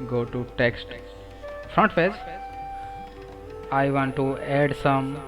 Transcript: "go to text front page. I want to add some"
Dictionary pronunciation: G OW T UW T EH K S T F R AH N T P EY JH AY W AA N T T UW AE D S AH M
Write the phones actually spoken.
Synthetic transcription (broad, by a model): G OW T UW T EH K S T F R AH N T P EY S AY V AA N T T UW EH D S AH M